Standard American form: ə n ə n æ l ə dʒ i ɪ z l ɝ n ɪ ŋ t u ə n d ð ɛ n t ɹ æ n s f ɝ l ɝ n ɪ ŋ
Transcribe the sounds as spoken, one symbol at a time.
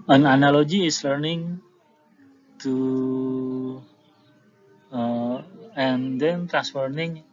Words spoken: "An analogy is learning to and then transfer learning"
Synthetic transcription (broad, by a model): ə n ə n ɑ l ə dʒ i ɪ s l ɝ n ɪ ŋ t u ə n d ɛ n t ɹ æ s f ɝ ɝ n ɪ ŋ